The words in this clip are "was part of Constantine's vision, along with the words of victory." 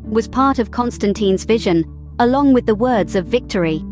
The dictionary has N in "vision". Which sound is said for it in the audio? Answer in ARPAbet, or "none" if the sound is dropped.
N